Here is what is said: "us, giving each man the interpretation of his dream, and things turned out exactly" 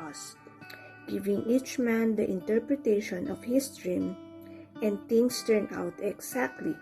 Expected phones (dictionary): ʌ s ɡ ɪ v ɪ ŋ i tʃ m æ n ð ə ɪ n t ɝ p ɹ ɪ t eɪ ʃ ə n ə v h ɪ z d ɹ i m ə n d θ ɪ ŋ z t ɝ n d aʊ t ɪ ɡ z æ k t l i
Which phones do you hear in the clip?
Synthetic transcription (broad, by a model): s ɡ ɪ v ɪ ŋ i tʃ m æ n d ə ɪ n t ɝ p ɹ ɪ t eɪ ʃ ə n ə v h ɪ s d ɹ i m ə n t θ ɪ ŋ s t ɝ n aʊ t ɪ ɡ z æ k t l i